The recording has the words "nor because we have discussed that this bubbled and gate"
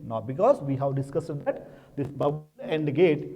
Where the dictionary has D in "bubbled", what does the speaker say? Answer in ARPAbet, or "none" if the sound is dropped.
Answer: none